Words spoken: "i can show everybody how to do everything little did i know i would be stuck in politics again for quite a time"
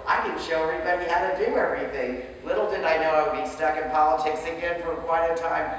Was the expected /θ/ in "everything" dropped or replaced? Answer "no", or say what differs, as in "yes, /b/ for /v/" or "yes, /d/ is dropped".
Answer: no